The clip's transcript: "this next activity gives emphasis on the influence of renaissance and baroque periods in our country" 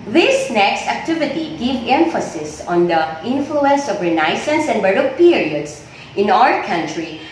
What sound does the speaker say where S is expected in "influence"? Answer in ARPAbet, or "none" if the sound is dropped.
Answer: S